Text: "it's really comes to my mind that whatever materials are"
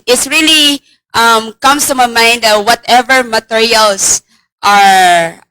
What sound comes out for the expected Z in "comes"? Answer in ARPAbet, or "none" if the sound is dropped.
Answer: S